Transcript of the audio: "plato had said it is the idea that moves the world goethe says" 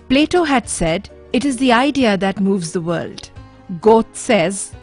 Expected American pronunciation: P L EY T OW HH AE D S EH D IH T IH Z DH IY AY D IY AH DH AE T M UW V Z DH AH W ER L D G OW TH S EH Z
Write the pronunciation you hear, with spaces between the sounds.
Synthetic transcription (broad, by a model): P L EY T OW HH AE D S EH D IH T IH Z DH IY AY D IY AH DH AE T M UW V Z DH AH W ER L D G OW T S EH Z